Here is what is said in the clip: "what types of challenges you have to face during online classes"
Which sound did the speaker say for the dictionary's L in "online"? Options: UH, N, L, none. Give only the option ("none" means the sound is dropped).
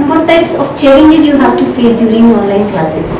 L